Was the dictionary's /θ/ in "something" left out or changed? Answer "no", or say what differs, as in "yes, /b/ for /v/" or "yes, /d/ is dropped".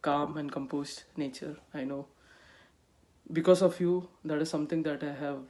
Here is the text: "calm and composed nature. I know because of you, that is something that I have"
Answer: yes, /t/ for /θ/